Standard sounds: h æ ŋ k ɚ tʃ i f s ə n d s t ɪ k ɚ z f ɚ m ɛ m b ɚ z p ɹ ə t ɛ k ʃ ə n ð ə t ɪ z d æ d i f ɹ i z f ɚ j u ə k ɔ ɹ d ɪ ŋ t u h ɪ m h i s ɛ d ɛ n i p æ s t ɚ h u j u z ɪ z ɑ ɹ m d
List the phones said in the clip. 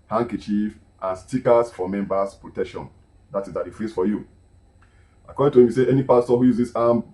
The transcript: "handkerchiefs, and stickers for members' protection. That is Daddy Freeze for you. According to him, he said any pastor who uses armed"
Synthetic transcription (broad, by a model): h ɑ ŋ k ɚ tʃ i f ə n s t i k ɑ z f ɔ m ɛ m b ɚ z p ɹ ə t ɛ k ʃ ə n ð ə t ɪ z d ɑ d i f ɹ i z f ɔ j u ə k ɔ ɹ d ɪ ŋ t u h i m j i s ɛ ɛ n i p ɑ s t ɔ h u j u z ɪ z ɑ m